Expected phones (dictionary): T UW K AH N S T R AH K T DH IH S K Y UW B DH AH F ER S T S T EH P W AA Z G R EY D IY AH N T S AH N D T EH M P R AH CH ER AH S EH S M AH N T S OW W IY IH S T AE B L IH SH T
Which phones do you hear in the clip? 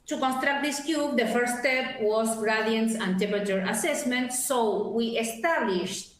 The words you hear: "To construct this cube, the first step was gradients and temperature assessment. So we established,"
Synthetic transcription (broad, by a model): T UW K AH N S T R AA K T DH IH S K Y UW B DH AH F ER T S T EH P W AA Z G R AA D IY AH N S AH N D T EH P AH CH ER AH S EH S M AH N T S OW W IY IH S T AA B L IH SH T